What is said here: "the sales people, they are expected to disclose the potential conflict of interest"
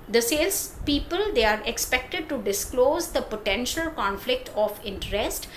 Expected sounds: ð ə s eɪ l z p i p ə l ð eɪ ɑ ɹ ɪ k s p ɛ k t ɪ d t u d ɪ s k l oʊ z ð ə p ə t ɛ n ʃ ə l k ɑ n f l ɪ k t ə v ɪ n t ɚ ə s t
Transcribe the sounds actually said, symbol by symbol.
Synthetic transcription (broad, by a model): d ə s eɪ l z p i p ə l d eɪ ɑ ɹ ɪ k s p ɛ k t ɪ d t u d ɪ s k l oʊ z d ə p ə t ɛ n ʃ ə l k ɑ n f l ɪ k t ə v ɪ n t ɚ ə s t